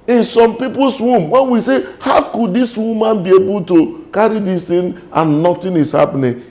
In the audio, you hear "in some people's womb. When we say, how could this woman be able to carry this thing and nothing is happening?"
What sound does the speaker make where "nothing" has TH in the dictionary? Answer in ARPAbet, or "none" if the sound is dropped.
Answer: T